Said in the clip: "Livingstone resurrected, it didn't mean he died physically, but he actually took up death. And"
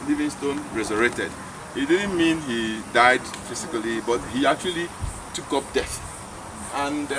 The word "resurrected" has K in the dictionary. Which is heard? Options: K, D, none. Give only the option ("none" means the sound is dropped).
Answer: none